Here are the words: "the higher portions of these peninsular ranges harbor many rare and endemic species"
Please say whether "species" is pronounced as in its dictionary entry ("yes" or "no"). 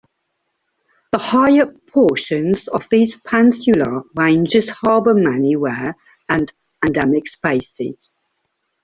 no